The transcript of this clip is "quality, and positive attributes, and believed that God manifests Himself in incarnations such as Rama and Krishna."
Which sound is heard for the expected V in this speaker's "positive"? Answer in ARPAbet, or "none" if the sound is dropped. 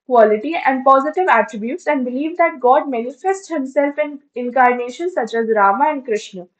V